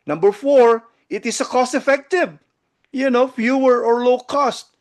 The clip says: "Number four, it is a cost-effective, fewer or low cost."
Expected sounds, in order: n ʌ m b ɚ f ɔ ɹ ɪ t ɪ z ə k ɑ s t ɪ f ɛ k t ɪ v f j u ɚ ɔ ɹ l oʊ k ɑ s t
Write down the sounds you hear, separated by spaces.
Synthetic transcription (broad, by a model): n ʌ m b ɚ f ɔ ɹ ɪ t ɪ s ə k ɑ s t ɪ f ɛ k t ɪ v f j u ɚ ɔ ɹ l oʊ k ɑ s t